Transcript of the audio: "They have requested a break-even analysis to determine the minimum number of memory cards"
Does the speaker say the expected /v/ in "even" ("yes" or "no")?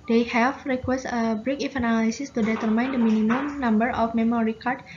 no